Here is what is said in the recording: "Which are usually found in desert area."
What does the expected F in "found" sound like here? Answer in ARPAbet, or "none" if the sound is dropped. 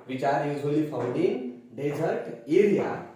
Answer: P